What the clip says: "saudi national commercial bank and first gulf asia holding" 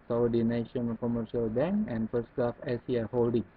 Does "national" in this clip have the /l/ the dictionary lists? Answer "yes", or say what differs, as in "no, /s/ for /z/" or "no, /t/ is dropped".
no, /n/ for /l/